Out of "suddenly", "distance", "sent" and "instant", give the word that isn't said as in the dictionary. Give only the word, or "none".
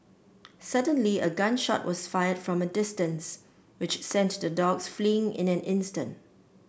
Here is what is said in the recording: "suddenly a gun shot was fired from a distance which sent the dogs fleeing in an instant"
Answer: none